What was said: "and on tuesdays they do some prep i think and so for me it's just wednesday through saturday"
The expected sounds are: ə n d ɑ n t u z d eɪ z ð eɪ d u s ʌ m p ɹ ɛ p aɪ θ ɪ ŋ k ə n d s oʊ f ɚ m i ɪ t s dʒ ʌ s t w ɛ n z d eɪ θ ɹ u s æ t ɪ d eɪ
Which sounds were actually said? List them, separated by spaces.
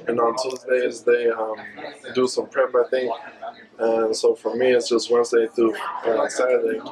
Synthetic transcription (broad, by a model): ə n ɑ n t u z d eɪ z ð eɪ d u s ʌ m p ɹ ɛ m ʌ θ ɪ ŋ ə n s oʊ f ɚ m i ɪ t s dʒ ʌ s t w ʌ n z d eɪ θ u s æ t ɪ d eɪ